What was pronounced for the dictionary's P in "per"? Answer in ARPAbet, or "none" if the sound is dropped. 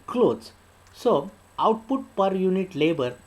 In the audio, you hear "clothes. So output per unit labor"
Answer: P